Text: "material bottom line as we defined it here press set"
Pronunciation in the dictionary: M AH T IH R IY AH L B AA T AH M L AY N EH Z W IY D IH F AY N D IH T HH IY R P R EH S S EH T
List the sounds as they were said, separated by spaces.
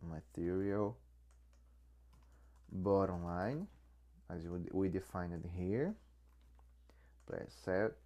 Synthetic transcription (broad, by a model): M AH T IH R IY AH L B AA T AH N L AY N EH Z W IY D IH F AY N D IH T HH IY R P L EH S S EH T